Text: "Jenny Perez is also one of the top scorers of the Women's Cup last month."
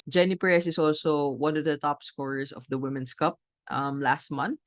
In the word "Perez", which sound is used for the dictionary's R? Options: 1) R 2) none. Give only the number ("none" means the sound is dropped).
2